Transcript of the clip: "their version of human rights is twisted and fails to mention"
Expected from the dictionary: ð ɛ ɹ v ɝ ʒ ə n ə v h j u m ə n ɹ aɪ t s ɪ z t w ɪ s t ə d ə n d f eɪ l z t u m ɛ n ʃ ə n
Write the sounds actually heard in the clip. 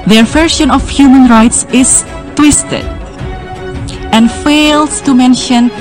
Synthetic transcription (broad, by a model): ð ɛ ɹ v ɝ ʃ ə n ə f h j u m ə n ɹ aɪ t s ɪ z t w ɪ s t ə d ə n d f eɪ l s t u m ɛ n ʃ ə n